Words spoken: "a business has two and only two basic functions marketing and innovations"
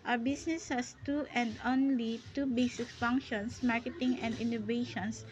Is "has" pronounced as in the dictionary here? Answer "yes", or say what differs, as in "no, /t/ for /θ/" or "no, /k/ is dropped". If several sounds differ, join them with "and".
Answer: no, /s/ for /z/